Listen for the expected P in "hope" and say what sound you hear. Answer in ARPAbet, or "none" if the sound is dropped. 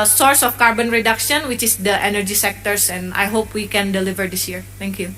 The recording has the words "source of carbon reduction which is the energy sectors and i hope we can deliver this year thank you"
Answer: P